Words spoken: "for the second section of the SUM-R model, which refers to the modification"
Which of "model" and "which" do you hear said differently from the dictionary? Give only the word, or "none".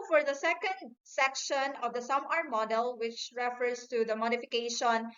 none